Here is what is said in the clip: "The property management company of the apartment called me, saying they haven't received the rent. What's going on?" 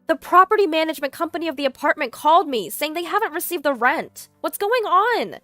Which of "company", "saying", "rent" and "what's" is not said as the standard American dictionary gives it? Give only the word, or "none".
none